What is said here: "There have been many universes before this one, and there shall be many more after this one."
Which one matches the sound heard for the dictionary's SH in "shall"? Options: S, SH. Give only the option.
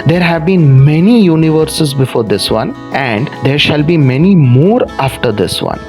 SH